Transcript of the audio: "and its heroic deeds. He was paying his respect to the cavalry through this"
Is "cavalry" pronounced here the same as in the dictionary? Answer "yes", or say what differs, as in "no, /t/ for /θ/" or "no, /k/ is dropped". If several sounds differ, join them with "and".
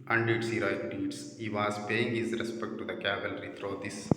yes